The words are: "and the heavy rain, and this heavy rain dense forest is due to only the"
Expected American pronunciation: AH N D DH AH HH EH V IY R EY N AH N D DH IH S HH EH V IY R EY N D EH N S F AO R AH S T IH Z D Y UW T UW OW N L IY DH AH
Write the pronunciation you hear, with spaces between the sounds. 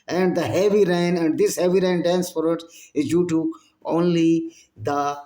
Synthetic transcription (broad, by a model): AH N D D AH HH EH V IY R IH N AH N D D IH S HH EH V IY R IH N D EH N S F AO R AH T IH Z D Y UW T UW OW N L IY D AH